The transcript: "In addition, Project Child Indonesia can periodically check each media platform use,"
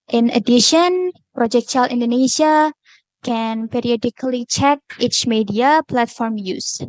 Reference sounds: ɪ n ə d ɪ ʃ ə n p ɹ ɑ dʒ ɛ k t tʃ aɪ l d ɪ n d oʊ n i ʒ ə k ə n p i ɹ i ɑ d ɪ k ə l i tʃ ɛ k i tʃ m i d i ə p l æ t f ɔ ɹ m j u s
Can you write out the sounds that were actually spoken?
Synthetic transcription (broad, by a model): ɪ n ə d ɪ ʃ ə n p ɹ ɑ dʒ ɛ k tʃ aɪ l ɪ n d oʊ n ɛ s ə k ə n p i ɹ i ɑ d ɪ k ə l i tʃ ɛ k i tʃ m i d i ə p l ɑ t f ɔ ɹ m j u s